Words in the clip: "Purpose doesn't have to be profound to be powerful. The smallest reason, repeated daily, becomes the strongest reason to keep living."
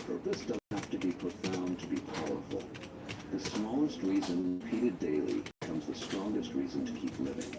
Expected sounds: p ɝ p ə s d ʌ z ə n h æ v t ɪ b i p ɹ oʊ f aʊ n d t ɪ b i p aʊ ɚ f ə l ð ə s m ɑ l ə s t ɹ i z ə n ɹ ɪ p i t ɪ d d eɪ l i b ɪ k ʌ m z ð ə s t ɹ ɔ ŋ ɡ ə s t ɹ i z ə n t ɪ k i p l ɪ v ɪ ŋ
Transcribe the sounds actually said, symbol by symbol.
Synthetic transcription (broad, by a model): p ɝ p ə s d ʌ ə h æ f t ɪ b i p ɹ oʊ f aʊ n t ɪ b i p aʊ ɚ f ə l ð ə s m ɑ l ə s t ɹ i z ə n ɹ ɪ p i t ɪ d d eɪ i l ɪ k ʌ m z ð ə s t ɹ ɔ ŋ ɡ ə s t ɹ i z ə n t ɪ k i p l ɪ v ɪ ŋ